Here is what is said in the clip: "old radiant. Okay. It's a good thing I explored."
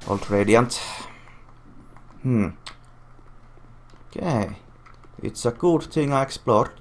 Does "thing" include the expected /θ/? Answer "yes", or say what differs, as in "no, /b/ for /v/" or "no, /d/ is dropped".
no, /t/ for /θ/